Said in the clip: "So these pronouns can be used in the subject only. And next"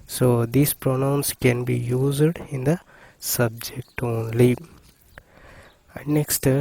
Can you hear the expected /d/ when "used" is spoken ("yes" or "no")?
yes